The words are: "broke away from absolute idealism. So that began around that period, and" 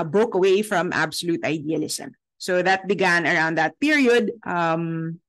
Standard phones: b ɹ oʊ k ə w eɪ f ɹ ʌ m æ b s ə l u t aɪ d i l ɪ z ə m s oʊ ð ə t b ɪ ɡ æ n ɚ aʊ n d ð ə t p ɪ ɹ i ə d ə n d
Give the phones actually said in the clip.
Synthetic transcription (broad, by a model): b oʊ k ə w eɪ f ɹ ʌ m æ b s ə l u t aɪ d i l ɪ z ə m s oʊ ð ə t b ɪ ɡ æ n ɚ aʊ n d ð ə t p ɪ ɹ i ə d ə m